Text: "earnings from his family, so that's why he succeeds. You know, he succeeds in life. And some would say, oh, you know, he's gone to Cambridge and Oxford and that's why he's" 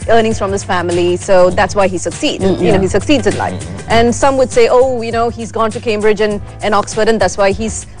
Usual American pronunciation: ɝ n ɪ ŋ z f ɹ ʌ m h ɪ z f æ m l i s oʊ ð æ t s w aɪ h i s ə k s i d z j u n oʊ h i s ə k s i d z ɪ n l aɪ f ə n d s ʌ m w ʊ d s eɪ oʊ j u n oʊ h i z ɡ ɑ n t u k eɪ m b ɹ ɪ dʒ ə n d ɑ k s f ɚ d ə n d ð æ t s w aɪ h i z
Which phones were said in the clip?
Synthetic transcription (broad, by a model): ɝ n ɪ ŋ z f ɹ ʌ m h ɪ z f æ m l i s oʊ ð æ t s w aɪ h i s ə k s i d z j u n oʊ h i s ə k s i d z ɪ n l aɪ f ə n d s ʌ m w ʊ d s eɪ oʊ j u n oʊ h i z ɡ ɑ n t u k eɪ m b ɹ ɪ dʒ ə n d ɑ k s f ɚ d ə n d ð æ t s w aɪ h i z